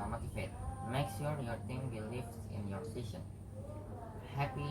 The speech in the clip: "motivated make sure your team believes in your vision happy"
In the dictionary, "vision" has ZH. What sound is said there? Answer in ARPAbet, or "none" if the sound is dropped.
SH